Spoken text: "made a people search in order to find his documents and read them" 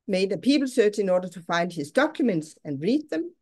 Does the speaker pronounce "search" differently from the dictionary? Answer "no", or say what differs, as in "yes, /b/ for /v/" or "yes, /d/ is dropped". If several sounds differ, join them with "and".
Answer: no